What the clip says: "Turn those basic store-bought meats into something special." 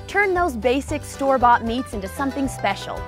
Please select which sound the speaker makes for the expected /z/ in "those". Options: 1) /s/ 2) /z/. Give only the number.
2